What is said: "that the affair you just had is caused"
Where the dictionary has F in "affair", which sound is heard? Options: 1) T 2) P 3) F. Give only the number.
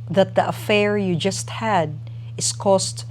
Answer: 3